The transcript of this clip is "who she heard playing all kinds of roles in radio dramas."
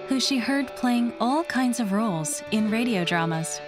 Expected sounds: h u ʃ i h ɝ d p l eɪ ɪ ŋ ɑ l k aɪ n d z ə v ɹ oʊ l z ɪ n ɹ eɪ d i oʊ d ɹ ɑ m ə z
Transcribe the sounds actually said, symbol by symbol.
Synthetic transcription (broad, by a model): h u ʃ i h ɝ d p l eɪ ɪ ŋ ɑ l k aɪ n d z ə v ɹ oʊ l z ɪ n ɹ eɪ d i oʊ d ɹ ɑ m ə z